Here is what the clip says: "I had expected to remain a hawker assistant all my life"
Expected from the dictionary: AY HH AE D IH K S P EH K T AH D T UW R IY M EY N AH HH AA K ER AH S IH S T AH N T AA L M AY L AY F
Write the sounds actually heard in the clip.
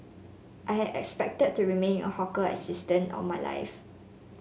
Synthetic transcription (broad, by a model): AY HH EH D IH K S P EH K T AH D T UW R IY M EY N AH HH AA K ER AH S IH S T AH N T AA N M AY L AY F